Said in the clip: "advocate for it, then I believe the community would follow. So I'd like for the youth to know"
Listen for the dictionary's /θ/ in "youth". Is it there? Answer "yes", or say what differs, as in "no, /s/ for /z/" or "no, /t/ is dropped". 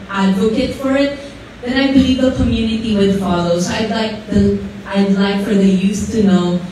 no, /s/ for /θ/